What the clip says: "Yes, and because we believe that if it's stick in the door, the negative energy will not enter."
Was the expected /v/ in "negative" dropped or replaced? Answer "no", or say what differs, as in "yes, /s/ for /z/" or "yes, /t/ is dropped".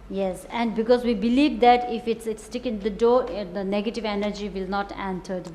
no